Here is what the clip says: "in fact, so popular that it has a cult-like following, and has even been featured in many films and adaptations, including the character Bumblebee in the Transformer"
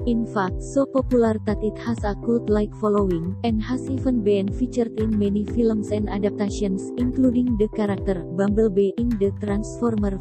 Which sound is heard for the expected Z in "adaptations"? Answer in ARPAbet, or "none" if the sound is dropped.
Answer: S